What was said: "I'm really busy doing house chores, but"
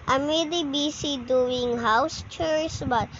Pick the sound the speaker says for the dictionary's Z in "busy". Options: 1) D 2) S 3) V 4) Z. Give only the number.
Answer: 2